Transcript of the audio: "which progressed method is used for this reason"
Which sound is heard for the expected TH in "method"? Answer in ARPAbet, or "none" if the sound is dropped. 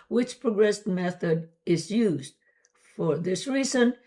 TH